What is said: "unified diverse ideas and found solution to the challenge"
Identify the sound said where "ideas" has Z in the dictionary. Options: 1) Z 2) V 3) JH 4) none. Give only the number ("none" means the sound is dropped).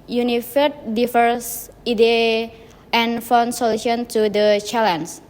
4